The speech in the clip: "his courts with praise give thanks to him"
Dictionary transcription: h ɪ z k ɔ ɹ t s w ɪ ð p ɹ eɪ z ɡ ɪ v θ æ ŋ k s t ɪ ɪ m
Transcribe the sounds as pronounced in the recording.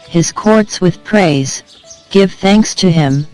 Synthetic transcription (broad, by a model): h ɪ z k ɔ ɹ t s w ɪ ð p ɹ eɪ z ɡ ɪ v θ æ ŋ k s t ɪ ɪ m